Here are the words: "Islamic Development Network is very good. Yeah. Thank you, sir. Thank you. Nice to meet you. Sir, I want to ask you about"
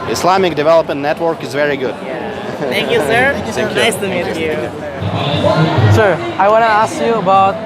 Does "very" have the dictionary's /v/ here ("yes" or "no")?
yes